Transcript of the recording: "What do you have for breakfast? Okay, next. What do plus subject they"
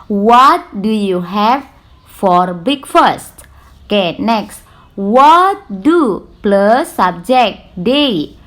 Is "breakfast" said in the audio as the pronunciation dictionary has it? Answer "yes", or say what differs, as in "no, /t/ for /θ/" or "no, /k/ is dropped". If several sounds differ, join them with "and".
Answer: no, /ɹ/ is dropped